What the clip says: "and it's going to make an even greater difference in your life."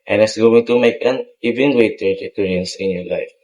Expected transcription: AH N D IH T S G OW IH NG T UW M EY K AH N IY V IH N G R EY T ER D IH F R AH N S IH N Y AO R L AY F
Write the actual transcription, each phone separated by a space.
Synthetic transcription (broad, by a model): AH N IH T S G OW IH NG T UW M EY K AH N IY V IH N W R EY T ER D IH P R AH N S IH N Y AO R L AY F